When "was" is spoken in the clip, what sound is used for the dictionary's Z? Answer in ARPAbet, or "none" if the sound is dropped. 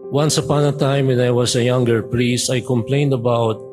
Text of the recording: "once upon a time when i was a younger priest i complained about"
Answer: S